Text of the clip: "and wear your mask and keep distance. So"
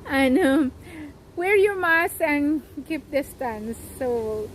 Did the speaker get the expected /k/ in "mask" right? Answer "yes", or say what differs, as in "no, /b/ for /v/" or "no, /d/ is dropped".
no, /k/ is dropped